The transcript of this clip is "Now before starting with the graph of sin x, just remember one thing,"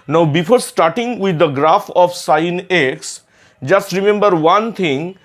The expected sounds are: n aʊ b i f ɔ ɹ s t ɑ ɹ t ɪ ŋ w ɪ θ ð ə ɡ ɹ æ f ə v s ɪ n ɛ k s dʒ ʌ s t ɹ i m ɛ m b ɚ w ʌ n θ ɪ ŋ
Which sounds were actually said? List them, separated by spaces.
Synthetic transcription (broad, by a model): n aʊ b i f ɔ ɹ s t ɑ ɹ t ɪ ŋ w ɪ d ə ɡ ɹ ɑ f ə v s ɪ n ɛ k s dʒ ʌ s t ɹ i m ɛ m b ɚ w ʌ n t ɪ ŋ